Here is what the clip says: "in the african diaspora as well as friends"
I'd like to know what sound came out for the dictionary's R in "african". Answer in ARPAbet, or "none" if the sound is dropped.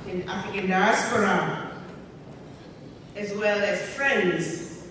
none